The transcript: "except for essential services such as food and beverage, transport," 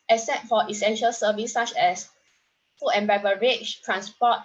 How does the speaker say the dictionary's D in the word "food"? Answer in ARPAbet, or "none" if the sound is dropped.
none